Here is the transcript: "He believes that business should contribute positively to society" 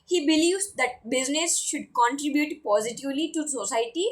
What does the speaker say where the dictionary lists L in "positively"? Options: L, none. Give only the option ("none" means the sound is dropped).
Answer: L